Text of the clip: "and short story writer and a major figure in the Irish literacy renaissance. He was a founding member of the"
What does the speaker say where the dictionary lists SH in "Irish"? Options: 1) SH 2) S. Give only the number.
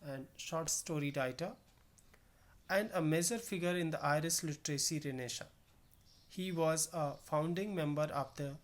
2